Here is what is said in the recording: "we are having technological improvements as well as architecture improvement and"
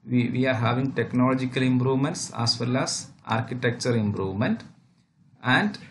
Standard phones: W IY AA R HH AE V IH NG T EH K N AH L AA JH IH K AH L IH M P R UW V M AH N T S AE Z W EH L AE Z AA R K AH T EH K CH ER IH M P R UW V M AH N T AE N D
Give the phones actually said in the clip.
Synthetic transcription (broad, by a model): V IY AA R HH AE V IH NG T EH K N AH L AA JH IH K AH L IH M P R UW V M AH N T S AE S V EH L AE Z AA R K AH T EH K CH ER IH M P R UW V M AH N T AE N D